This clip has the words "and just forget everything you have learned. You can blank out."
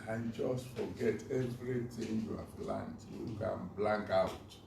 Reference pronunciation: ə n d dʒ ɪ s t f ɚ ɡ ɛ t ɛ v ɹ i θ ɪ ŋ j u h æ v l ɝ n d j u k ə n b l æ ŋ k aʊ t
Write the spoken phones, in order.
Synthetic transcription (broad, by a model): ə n dʒ ɪ s t f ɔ ɡ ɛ t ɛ v ɹ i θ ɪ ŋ j u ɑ p l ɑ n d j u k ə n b l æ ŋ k aʊ t